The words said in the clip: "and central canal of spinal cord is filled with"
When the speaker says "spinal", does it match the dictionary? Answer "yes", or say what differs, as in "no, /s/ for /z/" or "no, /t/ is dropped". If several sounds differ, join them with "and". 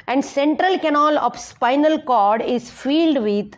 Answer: yes